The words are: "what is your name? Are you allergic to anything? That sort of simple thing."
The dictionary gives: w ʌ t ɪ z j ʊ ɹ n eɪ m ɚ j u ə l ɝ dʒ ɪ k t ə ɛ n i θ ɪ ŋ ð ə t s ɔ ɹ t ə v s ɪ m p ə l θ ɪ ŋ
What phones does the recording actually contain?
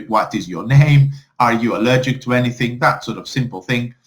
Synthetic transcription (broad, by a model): w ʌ t ɪ z j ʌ ɹ n eɪ m ɚ j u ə l ɝ dʒ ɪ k t ə ɛ n i θ ɪ ŋ ð ə t s ɔ ɹ t ə v s ɪ m p ə l θ ɪ ŋ